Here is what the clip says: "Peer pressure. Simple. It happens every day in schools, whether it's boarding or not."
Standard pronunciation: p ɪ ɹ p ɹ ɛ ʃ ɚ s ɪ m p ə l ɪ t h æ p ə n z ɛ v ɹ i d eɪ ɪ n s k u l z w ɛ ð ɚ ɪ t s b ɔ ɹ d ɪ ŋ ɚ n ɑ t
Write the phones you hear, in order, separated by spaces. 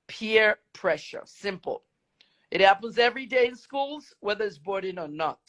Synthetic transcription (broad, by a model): p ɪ ɹ p ɹ ɛ ʃ ɚ s ɪ m p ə l ɪ t h æ p ə n z ɛ v ɹ i d eɪ ɪ n s k u l z w ɛ ð ɚ ɪ t s b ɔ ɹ d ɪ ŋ ɚ n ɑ t